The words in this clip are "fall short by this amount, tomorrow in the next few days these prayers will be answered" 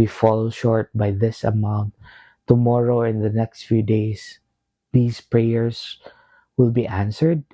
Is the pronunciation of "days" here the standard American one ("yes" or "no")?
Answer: no